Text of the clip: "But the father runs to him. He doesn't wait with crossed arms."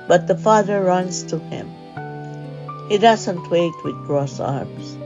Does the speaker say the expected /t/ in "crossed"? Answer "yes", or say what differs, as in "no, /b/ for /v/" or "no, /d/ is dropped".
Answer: no, /t/ is dropped